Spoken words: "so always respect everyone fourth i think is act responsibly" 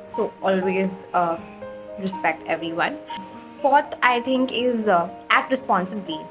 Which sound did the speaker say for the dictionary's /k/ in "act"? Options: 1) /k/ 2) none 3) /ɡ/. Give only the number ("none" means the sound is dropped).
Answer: 2